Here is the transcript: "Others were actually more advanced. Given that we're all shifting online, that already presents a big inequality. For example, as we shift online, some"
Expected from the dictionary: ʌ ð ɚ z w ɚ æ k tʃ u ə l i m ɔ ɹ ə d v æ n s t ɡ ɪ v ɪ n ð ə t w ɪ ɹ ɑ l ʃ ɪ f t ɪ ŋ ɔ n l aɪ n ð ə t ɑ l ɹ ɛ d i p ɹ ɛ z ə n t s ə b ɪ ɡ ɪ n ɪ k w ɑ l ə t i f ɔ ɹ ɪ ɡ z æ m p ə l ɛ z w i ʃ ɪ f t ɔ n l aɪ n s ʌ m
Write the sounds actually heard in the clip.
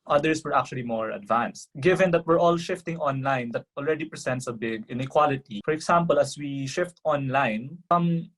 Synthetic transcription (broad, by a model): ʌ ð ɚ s w ɚ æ k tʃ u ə l i m ɔ ɹ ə d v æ n s t ɡ ɪ v ɪ n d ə t w ɪ ɹ ɑ l ʃ ɪ f t ɪ ŋ ɔ n l aɪ n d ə t ɑ l ɹ ɛ d i p ɹ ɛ s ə n t s ə b ɪ ɡ ɪ n ɪ k w ɑ l ə t i f ɔ ɹ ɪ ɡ s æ m p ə l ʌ s w i ʃ ɪ f t ɔ n l aɪ n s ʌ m